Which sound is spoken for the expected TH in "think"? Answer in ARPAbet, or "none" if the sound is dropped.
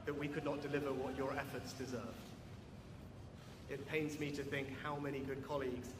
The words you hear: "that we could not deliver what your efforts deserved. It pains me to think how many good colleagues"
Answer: TH